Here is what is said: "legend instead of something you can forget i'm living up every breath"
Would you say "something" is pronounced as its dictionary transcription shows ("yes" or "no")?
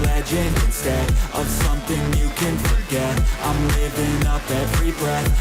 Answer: yes